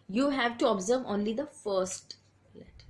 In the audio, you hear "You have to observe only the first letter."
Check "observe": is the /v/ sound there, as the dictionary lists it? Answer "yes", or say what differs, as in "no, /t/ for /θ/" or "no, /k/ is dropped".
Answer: yes